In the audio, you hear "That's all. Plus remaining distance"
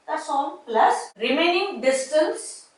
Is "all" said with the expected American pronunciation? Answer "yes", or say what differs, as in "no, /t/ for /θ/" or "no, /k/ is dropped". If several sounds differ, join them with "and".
no, /n/ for /l/